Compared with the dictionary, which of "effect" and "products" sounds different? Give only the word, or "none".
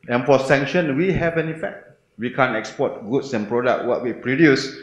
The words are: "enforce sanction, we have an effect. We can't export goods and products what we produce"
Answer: products